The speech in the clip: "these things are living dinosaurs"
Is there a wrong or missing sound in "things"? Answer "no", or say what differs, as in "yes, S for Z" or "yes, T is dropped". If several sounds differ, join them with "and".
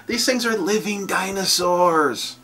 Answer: no